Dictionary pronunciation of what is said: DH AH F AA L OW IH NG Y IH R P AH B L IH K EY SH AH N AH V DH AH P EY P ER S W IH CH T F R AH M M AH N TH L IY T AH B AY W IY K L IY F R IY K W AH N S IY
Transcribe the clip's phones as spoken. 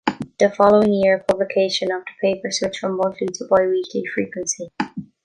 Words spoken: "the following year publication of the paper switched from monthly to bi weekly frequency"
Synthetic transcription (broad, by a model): DH AH F AA L OW IH NG Y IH R P AH B L IH K EY SH AH N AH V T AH P EY P ER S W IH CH F R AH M M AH N T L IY T AH B AY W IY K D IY F R IY K W AH N S IY